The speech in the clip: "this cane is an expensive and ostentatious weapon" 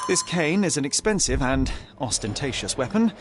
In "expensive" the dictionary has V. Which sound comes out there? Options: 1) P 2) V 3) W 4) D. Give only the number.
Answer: 2